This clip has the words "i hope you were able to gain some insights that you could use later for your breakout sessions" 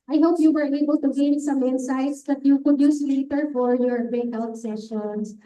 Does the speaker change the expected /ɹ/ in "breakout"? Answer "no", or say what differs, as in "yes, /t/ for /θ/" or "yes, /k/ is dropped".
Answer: yes, /ɹ/ is dropped